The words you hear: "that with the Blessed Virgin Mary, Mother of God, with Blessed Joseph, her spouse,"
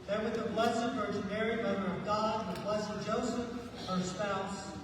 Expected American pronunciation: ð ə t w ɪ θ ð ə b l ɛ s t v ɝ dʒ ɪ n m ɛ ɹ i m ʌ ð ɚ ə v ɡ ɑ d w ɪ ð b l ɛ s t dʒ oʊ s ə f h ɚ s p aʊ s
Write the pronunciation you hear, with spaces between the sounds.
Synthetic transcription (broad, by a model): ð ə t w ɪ ð ə b l ɛ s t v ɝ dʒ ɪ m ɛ ɹ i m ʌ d ɚ ə v ɡ ɑ d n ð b l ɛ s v dʒ oʊ s ə f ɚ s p aʊ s